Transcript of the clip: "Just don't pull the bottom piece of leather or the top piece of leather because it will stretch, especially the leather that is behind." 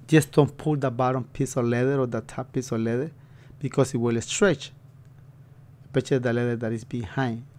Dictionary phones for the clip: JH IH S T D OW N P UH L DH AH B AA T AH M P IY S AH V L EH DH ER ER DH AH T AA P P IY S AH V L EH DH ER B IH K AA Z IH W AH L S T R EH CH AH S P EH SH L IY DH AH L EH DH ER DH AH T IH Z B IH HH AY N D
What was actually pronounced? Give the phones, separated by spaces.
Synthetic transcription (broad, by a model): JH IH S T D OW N P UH L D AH B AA T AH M P IY S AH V L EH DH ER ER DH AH T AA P P IY S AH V L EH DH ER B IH K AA S IH W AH L S T R EH CH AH P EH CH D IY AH L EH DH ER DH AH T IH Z B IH HH AY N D